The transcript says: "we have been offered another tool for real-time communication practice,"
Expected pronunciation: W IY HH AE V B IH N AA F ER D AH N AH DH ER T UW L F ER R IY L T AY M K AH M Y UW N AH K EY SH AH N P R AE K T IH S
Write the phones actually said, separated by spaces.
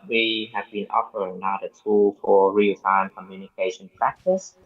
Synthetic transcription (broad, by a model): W IY HH AE V B IH N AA F ER AH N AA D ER T UW L F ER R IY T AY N K AH M Y UW N AH K EY SH AH N P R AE K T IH S